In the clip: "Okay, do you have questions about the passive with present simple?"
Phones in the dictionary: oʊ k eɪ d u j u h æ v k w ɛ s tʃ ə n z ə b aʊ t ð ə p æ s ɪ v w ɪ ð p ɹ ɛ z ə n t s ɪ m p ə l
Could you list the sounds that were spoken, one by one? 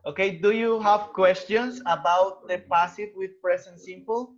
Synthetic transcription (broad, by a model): oʊ k eɪ d u j u h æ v k w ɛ s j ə n s ə b aʊ t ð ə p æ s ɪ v w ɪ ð p ɹ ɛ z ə n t s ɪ m p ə l